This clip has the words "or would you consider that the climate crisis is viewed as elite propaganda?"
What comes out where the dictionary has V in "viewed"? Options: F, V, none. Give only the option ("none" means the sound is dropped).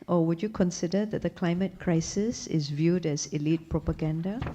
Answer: V